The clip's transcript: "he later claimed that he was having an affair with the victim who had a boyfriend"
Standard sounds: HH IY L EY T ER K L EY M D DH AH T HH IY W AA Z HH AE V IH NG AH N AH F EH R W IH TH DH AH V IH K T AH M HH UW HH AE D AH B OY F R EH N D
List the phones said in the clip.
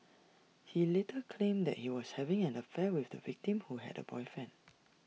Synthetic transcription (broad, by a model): HH IY L EY T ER K L EY M D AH T HH IY W AA S HH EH V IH NG AH N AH F EH W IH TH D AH V IH K T AH M HH UW HH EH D AH B OY F EH N